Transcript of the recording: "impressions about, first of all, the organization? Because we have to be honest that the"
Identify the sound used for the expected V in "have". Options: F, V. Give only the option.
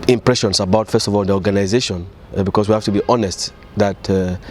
F